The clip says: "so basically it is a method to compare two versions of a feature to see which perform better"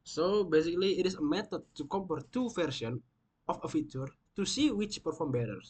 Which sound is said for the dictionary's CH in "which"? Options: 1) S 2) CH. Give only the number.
2